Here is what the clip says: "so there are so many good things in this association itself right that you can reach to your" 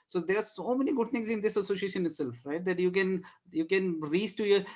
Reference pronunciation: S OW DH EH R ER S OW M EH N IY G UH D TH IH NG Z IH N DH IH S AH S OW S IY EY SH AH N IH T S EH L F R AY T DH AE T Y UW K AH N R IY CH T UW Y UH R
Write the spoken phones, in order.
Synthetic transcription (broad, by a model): S OW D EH R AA S OW M EH N IY G UH D T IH NG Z IH N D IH S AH S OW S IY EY SH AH N IH T S EH L F R AY T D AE T Y UW K AH N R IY S T UW Y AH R